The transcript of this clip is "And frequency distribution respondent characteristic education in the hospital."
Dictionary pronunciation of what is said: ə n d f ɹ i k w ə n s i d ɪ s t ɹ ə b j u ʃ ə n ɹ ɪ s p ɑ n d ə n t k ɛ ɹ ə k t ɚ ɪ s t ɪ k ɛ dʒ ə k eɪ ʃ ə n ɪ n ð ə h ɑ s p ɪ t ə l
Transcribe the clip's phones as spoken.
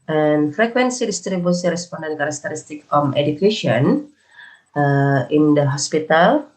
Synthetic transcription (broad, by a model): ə n f ɹ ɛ k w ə n s i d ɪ s t ɹ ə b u s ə ɹ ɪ s p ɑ n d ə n k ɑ ɹ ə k t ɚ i s t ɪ k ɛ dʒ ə k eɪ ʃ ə n ɪ n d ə h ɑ s p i t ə l